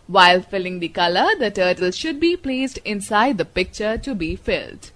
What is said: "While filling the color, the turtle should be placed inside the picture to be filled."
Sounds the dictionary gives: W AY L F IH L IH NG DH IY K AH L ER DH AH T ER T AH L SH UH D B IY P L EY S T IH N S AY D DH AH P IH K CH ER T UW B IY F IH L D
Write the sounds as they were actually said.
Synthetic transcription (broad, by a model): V AY L F IH L IH NG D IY K AH L ER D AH T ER T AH L SH UH D B IY P L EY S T IH N S AY D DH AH P IH K CH ER T UW B IY F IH L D